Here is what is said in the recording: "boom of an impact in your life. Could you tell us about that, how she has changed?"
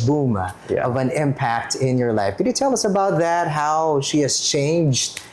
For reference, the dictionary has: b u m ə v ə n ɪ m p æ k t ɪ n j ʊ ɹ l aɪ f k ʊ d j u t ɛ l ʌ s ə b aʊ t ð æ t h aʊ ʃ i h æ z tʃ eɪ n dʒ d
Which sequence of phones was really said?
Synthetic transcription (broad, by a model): b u m ə v ə n ɪ m p æ k t ɪ n j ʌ ɹ l aɪ f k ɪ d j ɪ t ɛ l ʌ s ə b aʊ t ð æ t h aʊ ʃ i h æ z tʃ eɪ n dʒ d